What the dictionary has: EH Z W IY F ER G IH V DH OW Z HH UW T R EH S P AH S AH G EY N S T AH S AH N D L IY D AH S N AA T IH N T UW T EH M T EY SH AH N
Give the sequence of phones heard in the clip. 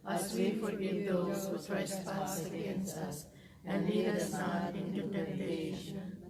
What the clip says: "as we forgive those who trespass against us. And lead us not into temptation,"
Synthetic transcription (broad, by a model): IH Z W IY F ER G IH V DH OW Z HH UW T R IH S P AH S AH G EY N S AH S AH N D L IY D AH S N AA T IH N T UW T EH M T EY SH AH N